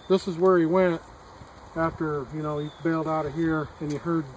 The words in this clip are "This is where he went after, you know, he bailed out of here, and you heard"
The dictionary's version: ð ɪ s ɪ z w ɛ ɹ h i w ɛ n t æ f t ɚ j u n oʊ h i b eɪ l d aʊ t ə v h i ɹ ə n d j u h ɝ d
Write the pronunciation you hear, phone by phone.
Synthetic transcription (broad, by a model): ð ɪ s ɪ z w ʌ ɹ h i w ɛ n t æ f t ɚ j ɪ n oʊ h i b eɪ l d aʊ t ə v h i ɹ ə n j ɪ h ɝ d